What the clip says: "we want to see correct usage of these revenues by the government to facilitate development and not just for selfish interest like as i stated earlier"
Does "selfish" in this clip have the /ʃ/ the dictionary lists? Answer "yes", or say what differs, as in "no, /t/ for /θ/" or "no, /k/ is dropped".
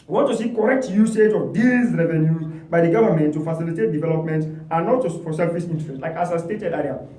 no, /s/ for /ʃ/